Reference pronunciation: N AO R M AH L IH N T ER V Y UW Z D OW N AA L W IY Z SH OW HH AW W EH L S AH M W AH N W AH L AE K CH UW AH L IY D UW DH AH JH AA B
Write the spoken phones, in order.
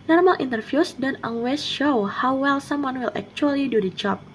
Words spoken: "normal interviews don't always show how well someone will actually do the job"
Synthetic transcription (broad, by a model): N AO R M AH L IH N T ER F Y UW S D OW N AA N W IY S SH OW HH AW W EH L S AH M W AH N W AH L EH K CH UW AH L IY D UW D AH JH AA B